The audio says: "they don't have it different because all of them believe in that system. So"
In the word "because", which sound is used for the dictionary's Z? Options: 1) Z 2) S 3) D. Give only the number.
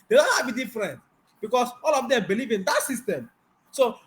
2